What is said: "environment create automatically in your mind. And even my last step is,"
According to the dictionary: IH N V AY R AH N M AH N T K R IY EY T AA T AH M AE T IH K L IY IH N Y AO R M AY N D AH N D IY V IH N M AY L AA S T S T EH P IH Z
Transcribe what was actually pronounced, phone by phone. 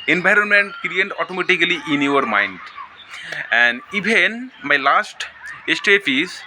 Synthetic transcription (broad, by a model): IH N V AY R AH N M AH N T K R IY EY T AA T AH M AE T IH K L IY IH N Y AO R M AY N D AH N D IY B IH N M AY L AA S T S T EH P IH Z